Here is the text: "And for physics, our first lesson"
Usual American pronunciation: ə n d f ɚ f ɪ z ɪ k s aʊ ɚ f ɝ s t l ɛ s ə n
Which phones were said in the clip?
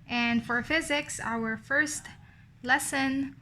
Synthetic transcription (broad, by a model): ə n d f ɚ f ɪ z ɪ k s aʊ ɚ f ɝ s t l ɛ s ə n